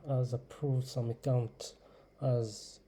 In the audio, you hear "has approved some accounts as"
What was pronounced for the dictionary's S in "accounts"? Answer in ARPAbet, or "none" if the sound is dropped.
none